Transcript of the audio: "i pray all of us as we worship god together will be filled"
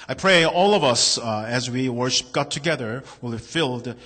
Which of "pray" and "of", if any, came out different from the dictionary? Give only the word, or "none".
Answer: none